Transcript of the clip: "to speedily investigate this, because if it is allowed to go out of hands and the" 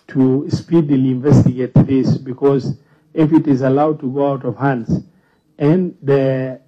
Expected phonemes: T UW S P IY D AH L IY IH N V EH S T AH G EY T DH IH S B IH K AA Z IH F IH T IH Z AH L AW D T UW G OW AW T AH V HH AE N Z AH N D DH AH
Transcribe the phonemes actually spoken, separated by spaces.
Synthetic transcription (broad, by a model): T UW S P IY D AH L IY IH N V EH S T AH G EY T DH IH S B IH K AA Z IH F IH T IH Z AH L AW D T UW G OW AW T AH V HH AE N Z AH N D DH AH